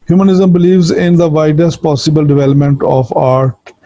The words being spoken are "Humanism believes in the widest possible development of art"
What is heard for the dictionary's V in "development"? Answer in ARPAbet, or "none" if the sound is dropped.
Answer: V